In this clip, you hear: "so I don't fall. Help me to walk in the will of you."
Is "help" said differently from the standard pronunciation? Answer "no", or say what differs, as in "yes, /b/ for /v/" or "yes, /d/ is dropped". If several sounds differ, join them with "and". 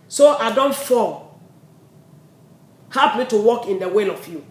yes, /l/ is dropped